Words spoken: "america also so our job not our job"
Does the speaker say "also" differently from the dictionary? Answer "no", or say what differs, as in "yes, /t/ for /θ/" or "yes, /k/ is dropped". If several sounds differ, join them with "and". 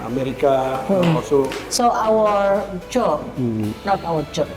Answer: yes, /l/ is dropped